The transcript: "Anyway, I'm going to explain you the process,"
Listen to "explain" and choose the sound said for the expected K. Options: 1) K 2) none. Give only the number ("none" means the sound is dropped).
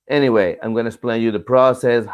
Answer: 2